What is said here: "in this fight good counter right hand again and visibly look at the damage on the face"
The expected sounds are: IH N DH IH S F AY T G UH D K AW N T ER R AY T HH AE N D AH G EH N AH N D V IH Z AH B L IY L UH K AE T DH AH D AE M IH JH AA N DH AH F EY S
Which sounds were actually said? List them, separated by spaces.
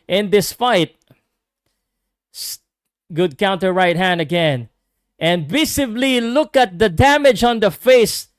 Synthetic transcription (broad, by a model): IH N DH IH S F AY T G UH D K AW N T ER R AY T HH AE N D AH G EH N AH N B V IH S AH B L IY L UH K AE T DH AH D AE M IH JH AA N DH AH F EY S